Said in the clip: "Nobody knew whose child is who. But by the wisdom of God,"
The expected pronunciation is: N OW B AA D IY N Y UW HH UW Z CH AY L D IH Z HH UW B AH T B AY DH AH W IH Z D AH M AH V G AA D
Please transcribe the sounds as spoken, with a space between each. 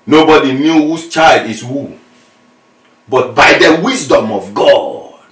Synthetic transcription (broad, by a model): N OW B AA D IY N Y UW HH UW S CH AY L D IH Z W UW B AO T B AY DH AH W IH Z D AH M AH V G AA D